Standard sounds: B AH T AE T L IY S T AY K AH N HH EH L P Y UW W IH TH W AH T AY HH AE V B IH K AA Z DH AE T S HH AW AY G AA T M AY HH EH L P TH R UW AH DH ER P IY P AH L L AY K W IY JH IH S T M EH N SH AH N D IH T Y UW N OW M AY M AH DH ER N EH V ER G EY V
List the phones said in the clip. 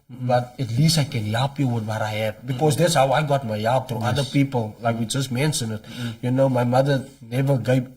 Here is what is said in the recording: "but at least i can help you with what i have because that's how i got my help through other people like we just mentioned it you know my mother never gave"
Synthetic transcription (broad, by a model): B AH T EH T L IY S T AY K AH N HH EH L P Y UW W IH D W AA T AY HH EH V B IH K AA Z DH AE T S HH AW AY G AA T M AY HH EH L P T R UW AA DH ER P IY P AH L L AY K W IY JH IH S T M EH N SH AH N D IH T Y UW N OW M AY M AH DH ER N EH V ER G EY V